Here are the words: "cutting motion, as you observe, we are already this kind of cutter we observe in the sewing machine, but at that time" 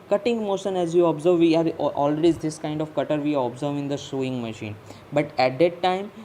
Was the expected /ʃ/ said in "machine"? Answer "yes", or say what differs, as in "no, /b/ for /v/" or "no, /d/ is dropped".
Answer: yes